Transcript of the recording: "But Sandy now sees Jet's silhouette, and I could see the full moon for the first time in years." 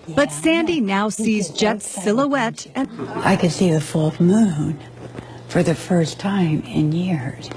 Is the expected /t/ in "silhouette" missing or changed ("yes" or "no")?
no